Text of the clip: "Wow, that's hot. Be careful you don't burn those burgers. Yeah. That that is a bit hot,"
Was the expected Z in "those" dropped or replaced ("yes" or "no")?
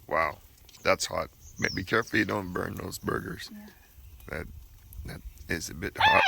no